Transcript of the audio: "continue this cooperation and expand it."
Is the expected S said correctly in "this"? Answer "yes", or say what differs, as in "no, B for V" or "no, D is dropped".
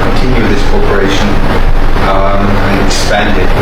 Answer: yes